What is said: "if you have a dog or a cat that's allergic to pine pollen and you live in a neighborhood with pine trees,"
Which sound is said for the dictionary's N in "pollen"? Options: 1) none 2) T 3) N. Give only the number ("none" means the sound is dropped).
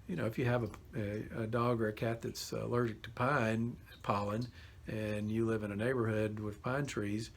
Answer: 3